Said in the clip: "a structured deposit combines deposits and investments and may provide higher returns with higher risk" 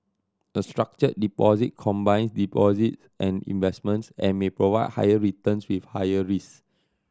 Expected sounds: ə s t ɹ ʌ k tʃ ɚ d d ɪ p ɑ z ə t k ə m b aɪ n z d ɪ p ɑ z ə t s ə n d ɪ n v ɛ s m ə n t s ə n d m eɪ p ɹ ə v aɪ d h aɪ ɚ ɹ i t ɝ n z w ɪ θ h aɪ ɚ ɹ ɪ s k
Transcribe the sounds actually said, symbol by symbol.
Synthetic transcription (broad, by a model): ə s t ɹ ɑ k tʃ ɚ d d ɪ p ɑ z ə t k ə m b aɪ n s d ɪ p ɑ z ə t s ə n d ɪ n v ɛ s m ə n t s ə n m eɪ p ɹ ə v aɪ d h aɪ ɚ ɹ i t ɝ n s w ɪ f h aɪ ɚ ɹ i s